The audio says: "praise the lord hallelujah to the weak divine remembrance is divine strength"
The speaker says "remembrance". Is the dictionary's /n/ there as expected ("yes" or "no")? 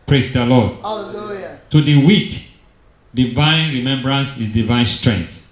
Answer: yes